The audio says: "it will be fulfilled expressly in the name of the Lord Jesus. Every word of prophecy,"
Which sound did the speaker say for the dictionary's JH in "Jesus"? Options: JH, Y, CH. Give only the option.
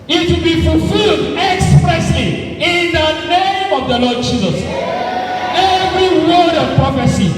JH